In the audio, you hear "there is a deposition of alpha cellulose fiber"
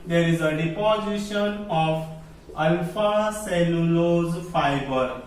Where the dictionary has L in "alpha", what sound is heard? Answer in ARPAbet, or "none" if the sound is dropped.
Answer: none